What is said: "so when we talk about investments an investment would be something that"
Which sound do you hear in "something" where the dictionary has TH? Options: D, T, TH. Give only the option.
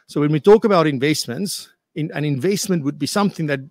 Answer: TH